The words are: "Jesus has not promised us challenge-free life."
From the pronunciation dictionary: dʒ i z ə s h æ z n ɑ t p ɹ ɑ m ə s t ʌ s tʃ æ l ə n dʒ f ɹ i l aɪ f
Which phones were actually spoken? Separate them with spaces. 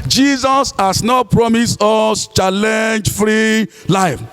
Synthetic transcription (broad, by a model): dʒ i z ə s h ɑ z n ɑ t p ɹ ɑ m ə s t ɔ s tʃ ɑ l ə n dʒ f ɹ i l aɪ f